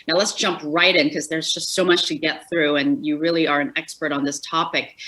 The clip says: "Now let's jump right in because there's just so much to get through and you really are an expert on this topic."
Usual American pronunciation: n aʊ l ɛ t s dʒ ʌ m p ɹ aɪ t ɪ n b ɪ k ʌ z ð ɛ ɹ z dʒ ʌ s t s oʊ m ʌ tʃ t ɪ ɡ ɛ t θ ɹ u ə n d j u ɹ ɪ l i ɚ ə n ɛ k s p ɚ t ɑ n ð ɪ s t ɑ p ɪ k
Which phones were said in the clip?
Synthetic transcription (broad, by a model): n aʊ l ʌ t s dʒ ʌ m p ɹ aɪ t ɪ n k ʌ z ð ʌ ɹ z dʒ ʌ s t s oʊ m ʌ tʃ t ɪ ɡ ɛ t θ ɹ u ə n j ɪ ɹ ɪ l i ɚ ə n ɛ k s p ɚ t n ð ɪ s t ɑ p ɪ k